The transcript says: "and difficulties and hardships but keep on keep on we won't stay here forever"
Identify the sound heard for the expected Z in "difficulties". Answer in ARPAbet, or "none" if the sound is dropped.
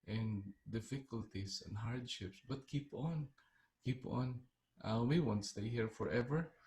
S